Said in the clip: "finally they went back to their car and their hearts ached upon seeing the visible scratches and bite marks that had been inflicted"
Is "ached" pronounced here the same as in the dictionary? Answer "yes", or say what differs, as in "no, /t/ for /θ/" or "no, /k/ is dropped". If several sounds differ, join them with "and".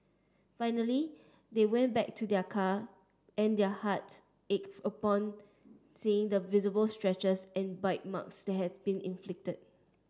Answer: no, /t/ is dropped